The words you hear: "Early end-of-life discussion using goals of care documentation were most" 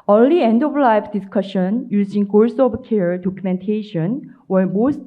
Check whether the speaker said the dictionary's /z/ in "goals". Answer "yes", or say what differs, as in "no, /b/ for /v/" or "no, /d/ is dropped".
no, /s/ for /z/